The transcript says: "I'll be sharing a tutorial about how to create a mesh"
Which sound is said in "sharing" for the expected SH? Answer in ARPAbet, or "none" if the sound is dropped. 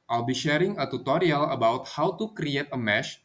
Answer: SH